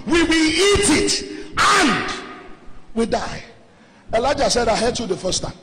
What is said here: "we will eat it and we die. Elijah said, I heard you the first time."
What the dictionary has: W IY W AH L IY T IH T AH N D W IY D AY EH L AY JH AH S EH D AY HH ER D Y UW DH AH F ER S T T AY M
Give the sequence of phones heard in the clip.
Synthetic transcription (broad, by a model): W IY W AH L IY T IH T AH N D W IY D AY EH L AY JH AH S EH D AY HH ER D Y UW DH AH F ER S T T AY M